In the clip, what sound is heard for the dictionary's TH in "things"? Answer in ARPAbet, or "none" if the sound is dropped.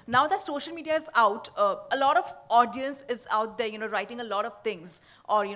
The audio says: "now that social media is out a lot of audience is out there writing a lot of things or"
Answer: T